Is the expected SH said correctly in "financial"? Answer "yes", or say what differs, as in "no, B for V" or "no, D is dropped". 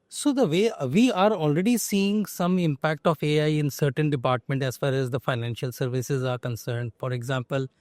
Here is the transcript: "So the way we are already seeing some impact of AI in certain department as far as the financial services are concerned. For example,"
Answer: yes